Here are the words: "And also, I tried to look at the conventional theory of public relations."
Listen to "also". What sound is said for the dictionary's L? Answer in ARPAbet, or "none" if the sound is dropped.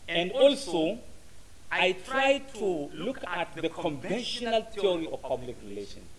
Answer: L